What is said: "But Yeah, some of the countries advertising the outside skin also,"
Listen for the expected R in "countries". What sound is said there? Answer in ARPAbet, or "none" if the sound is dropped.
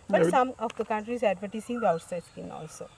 R